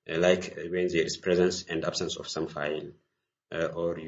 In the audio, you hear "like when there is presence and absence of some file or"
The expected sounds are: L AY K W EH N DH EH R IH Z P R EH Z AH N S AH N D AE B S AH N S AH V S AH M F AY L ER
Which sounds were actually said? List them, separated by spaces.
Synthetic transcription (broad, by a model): L AY K W EH N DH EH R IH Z P R EH Z AH N S AH N D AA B S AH N S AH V S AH M F AY L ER